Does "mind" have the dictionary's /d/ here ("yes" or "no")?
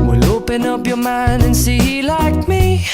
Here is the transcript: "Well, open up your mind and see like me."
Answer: yes